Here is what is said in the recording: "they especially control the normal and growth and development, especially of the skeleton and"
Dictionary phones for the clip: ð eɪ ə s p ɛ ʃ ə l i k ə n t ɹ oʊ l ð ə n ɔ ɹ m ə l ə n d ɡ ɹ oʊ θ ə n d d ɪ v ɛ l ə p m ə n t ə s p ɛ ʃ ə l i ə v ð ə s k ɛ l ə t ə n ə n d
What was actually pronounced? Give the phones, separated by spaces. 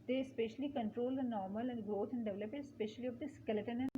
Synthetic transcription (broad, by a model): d eɪ ə s p ɛ ʃ ə l i k ə n t ɹ oʊ l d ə n ɔ ɹ m ə l ə n d ɡ ɹ oʊ t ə n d d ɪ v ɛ l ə p ə t s p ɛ ʃ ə l i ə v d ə s k ɛ l ə t ə n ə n